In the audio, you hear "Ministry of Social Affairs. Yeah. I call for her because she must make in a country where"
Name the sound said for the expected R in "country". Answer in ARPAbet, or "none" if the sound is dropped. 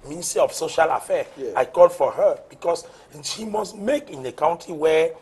none